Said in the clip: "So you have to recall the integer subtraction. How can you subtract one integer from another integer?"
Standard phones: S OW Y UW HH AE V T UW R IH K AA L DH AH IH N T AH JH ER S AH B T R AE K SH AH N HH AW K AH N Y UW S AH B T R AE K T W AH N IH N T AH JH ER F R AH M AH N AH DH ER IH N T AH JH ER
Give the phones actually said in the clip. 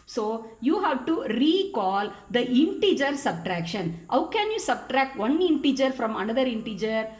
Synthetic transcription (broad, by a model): S OW Y UW HH AE V T UW R IH K AA L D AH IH N T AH JH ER S AH B T R AE K SH AH N HH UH K AH N Y UW S AH B T R AE K T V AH N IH N T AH JH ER F R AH M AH N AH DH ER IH N T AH JH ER